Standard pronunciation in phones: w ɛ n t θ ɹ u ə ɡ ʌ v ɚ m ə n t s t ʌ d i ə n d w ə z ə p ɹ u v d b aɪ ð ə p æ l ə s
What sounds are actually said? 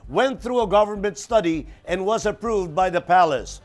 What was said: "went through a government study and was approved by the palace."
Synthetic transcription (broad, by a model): w ɛ n θ ɹ u ə ɡ ʌ v ɚ m ə n t s t ʌ d i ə n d w ə z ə p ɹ u v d b aɪ ð ə p æ l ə s